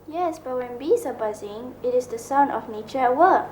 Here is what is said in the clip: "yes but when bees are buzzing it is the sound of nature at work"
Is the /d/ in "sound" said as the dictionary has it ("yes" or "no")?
no